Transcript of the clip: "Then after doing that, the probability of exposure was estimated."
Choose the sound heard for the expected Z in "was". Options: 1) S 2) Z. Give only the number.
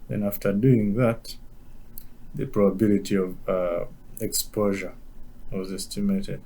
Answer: 2